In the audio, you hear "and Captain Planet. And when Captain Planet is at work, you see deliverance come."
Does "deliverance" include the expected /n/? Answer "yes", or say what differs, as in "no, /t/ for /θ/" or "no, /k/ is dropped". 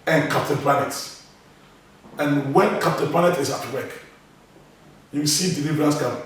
no, /n/ is dropped